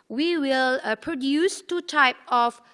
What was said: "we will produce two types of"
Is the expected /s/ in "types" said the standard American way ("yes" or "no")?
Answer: no